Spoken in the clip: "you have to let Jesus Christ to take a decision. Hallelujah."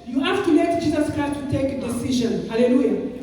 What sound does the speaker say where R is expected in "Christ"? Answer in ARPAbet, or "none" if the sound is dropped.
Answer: none